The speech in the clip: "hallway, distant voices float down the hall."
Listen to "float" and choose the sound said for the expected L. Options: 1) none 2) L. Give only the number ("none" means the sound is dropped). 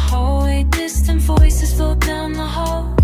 1